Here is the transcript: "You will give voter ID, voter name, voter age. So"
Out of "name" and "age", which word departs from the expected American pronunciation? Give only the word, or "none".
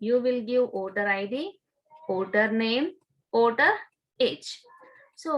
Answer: age